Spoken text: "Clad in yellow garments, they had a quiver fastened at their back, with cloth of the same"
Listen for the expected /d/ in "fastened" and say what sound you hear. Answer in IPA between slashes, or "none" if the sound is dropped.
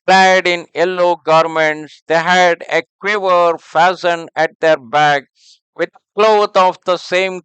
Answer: none